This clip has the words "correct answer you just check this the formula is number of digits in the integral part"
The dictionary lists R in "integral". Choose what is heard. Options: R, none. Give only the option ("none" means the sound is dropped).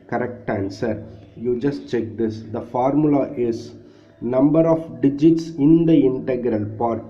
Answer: R